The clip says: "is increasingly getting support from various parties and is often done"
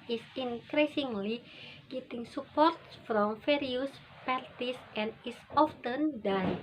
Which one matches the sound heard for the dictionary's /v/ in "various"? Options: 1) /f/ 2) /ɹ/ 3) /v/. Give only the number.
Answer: 1